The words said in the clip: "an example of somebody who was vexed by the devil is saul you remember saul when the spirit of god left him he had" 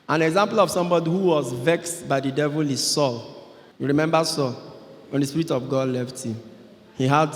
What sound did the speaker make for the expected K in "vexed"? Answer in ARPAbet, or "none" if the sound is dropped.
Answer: K